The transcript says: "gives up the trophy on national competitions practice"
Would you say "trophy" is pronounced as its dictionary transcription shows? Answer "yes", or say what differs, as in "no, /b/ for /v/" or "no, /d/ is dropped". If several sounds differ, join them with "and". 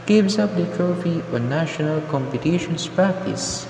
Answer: yes